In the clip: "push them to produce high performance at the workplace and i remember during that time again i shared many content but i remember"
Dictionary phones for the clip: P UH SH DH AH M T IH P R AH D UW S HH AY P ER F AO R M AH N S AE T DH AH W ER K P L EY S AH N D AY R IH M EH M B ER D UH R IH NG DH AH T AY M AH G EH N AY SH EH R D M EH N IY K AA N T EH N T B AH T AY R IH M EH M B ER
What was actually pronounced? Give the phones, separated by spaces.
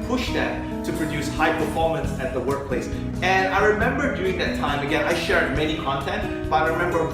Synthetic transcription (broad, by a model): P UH SH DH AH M T IH P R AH D UW S HH AY P ER F AO R M AH N S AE T DH AH W ER K P L EY S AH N AY R IH M EH M B ER D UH R IH NG DH AH T AY M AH G EH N AY SH EH R D M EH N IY K AA N T EH N T B AH T AY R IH M EH M B ER